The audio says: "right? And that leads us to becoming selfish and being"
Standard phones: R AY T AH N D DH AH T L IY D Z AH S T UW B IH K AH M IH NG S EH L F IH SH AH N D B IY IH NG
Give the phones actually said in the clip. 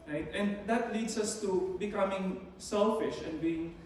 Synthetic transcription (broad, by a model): R AY T AH N D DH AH T L IY D S AH S T UW B IH K AH M IH NG S EH L F IH SH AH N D B IY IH NG